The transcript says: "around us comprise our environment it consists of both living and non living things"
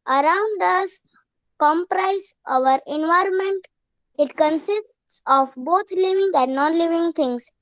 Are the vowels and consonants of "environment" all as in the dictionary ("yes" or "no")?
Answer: yes